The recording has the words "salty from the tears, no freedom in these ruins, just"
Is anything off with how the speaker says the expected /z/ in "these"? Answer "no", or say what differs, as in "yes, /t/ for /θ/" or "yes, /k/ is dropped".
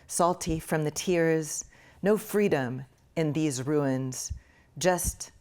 no